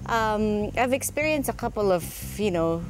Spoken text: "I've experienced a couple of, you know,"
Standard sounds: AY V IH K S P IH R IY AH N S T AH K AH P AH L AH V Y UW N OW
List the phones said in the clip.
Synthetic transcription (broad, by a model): AY V IH K S P IH R IY AH N S T AH K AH P L AH V Y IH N OW